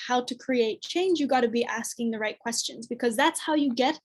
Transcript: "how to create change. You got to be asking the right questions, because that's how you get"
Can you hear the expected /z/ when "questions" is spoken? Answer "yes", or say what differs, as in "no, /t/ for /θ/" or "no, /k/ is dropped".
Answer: yes